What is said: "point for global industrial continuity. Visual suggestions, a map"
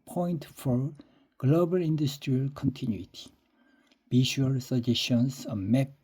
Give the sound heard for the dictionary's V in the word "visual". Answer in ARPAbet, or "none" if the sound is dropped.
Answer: B